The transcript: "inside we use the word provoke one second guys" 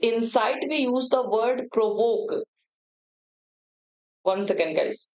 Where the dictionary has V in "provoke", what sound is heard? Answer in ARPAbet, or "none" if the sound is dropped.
V